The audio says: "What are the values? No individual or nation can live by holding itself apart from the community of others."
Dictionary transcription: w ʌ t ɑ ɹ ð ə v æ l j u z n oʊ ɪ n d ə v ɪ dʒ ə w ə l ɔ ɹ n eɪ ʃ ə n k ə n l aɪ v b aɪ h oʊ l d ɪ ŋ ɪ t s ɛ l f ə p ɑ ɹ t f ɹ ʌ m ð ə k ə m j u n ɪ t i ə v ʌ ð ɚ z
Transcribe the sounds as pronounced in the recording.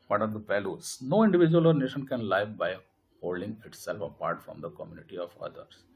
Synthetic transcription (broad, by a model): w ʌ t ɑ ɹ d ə p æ l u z n oʊ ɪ n d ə v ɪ dʒ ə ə l ɔ ɹ n eɪ ʃ ə n k ə n l aɪ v b aɪ h oʊ l d ɪ ŋ ɪ t s ɛ l f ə p ɑ ɹ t f ɹ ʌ m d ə k ə m j u n ɪ t i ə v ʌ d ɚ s